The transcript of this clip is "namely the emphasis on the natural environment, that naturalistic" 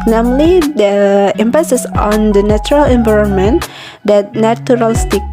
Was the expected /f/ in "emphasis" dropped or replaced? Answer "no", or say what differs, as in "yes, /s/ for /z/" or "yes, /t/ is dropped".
yes, /p/ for /f/